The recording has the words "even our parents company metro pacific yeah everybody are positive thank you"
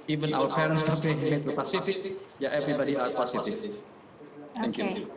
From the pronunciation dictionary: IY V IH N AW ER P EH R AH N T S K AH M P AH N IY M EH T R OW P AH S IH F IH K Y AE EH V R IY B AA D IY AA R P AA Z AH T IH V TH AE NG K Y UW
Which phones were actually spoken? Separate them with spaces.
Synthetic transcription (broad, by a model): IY V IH N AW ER P EH R AH N T S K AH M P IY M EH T OW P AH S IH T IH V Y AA EH V R IY B AA D IY AA R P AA S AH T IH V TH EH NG K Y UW